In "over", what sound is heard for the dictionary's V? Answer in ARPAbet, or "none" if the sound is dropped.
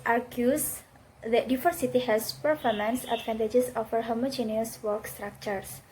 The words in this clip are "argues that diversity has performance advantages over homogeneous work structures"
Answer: F